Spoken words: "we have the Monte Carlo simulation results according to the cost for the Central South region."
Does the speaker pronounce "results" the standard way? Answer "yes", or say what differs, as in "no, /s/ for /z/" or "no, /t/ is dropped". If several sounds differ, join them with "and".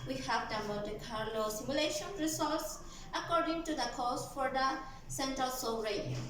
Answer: no, /s/ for /z/ and /l/ is dropped